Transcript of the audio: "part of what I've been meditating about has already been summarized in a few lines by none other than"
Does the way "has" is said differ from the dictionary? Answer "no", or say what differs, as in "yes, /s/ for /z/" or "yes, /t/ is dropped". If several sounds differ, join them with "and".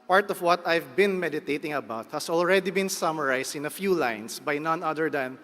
yes, /s/ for /z/